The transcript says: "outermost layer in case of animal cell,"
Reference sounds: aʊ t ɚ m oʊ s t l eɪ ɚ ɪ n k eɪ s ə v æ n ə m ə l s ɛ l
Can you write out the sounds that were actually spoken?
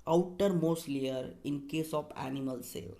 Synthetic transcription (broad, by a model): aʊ t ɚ m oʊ s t l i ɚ ɪ n k eɪ s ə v æ n ə m ə l s ɛ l